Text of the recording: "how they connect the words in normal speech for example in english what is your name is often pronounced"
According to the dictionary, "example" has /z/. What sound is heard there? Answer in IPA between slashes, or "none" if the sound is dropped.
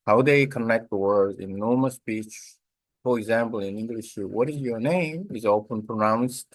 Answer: /z/